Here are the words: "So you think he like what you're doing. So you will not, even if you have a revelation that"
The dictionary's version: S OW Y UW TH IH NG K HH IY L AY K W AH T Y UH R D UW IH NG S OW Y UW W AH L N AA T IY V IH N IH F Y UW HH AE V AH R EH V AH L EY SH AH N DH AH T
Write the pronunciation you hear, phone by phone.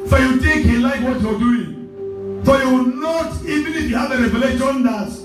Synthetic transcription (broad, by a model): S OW Y UW T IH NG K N L AY K W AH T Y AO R D UW IH NG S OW Y UW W N AA T IY V IH N IH F Y UW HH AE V AH R EH V AH L EY SH AH N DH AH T